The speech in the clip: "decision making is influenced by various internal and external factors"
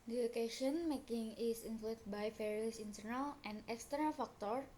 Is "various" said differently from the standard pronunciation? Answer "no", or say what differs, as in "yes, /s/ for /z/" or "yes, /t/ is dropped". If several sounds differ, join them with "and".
yes, /f/ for /v/